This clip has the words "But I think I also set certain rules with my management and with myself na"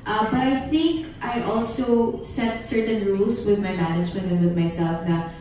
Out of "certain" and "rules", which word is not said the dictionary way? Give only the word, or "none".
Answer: rules